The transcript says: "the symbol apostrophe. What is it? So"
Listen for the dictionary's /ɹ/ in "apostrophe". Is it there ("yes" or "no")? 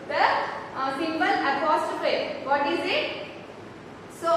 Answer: no